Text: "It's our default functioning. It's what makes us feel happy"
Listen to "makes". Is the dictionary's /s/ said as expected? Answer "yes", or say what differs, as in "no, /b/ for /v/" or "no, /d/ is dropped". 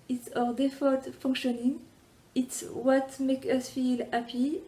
no, /s/ is dropped